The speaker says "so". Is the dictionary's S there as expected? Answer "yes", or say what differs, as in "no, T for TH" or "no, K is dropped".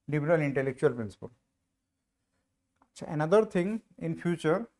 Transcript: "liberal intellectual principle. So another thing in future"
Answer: no, SH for S